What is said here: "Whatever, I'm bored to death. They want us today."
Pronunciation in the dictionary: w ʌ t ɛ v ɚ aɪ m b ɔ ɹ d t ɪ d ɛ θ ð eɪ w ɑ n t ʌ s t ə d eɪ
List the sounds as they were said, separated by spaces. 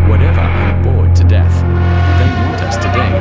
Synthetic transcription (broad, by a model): w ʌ t ɛ v ɚ aɪ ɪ b ɔ ɹ d t ɪ d ɛ θ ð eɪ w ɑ t ʌ s t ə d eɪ